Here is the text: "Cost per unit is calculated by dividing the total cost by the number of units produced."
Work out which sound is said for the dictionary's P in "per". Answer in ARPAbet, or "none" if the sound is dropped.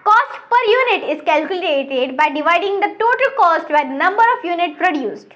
P